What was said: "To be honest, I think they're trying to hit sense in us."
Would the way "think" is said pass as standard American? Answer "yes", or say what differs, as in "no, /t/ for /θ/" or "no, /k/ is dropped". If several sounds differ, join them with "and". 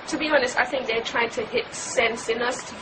yes